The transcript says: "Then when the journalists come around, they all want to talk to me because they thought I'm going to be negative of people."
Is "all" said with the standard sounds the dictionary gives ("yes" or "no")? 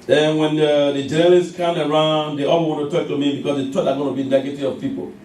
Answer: no